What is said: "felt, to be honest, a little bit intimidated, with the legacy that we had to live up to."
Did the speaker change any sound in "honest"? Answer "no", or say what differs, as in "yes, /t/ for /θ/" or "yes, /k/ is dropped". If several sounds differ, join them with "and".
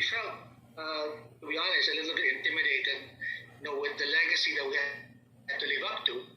yes, /l/ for /n/ and /t/ is dropped